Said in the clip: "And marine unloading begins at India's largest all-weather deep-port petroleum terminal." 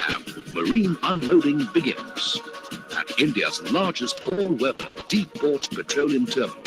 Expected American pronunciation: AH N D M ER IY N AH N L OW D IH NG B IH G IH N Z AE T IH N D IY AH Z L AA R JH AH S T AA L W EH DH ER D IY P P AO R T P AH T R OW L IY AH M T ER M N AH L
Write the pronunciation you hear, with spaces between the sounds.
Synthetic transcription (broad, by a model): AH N M ER IY N AH N L OW D IH NG B IH G IH N Z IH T IH N D IY AH Z L AA R JH AH S T AA L W EH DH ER D IY P B AO R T P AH T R OW L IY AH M T ER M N